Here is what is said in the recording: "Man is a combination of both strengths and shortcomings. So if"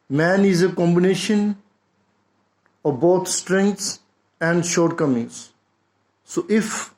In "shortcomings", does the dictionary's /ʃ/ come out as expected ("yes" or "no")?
yes